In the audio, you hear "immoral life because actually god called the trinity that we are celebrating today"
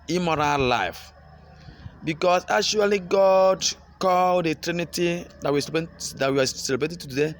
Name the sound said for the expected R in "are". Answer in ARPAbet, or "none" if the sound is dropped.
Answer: W